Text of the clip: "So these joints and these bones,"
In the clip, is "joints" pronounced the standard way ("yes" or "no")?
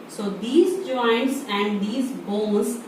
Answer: yes